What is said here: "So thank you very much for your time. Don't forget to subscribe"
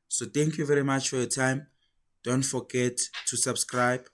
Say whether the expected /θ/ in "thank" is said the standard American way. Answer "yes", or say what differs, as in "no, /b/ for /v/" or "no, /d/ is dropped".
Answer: no, /t/ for /θ/